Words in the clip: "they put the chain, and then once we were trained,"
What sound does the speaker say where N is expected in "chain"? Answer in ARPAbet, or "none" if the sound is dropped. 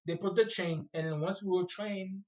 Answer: none